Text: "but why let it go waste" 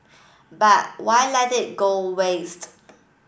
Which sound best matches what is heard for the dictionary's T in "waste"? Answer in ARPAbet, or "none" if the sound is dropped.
T